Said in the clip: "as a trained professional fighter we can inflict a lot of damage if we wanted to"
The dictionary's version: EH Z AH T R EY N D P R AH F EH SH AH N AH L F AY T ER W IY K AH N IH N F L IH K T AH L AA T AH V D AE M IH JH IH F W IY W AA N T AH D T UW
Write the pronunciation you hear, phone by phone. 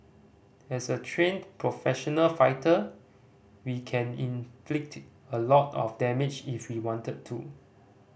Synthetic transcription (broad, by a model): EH S AH T R EY N P R AH F EH SH AH N AH L F AY T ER W IY K AH N IH N F L IH K T AH L AA T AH F D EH M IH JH IH F W IY W AA N T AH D T UW